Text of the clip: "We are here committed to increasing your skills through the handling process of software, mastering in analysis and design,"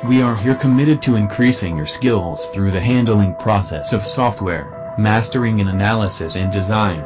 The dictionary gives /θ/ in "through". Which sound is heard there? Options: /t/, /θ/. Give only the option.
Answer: /θ/